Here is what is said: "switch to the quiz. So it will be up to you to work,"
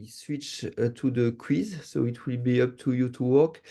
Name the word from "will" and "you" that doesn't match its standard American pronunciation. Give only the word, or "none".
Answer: none